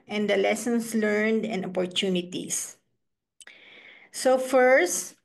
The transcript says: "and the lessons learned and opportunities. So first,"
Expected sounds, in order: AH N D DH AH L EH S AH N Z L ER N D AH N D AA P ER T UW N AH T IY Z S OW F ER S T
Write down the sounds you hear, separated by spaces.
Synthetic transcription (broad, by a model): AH N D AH L EH S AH N S L ER N D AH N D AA P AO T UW N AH T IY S S OW F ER S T